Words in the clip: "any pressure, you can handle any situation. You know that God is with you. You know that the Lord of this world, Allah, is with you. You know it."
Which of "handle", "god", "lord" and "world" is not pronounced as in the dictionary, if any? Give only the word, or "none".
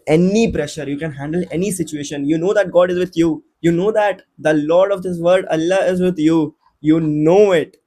world